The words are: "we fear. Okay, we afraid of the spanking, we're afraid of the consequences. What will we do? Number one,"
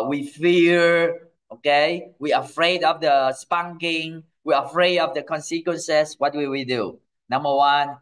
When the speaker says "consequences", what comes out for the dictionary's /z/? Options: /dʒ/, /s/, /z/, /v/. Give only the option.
/s/